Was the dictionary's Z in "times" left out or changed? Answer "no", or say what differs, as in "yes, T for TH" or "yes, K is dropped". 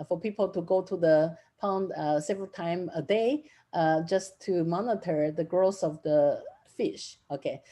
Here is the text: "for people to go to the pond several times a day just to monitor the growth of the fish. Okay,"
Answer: yes, Z is dropped